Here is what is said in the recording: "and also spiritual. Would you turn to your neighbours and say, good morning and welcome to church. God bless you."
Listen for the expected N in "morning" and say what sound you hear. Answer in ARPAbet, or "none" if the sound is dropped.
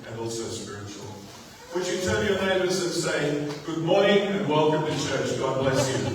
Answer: none